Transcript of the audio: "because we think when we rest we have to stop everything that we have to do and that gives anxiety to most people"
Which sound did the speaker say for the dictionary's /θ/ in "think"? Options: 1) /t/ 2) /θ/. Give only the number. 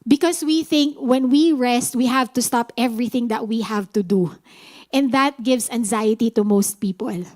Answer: 2